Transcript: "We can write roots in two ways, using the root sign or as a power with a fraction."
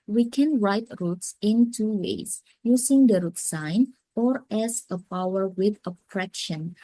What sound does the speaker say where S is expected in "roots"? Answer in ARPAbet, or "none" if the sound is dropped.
S